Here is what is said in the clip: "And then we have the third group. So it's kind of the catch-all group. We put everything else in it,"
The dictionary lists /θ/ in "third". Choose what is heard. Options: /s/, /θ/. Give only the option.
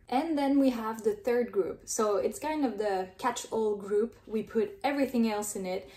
/θ/